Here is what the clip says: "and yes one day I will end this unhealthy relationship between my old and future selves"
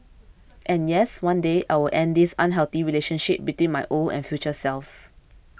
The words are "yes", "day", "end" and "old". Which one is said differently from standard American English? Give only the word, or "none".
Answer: old